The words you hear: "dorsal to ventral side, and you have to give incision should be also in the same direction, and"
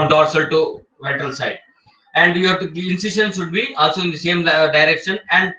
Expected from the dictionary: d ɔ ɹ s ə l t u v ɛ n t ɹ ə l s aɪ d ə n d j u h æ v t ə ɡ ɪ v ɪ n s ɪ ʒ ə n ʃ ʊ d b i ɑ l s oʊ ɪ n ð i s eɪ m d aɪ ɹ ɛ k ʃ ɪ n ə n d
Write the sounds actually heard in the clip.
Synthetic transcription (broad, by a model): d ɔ ɹ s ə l t u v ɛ t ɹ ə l s aɪ d ə n d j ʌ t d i ɪ n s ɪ ʃ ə n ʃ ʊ d b i ɑ l s oʊ ɪ n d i s eɪ m d aɪ ɹ ɛ k ʃ ɪ n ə n d